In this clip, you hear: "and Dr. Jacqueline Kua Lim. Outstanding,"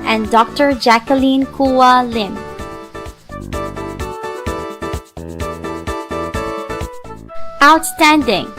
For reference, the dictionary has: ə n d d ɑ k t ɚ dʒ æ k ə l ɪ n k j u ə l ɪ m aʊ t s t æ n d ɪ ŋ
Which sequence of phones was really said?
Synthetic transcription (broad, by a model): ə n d d ɑ k t ɚ dʒ æ k ə l ɪ n k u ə l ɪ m aʊ t s t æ n d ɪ ŋ